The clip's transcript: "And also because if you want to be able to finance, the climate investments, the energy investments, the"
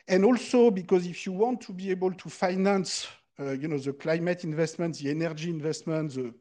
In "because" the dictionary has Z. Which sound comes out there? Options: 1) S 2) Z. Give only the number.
2